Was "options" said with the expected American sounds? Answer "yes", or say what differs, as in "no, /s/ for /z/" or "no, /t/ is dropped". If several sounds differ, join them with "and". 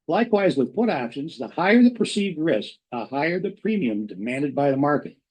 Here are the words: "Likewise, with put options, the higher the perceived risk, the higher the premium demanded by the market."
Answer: yes